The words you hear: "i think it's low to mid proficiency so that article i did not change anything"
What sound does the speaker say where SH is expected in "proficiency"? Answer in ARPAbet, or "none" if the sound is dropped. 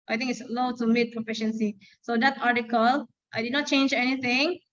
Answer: SH